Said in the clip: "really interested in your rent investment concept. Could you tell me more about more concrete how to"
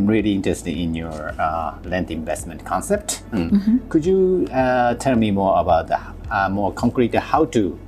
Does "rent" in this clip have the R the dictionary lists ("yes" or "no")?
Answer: no